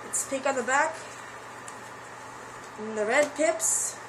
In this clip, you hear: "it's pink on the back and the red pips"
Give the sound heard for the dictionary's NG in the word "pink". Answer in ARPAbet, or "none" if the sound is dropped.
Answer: none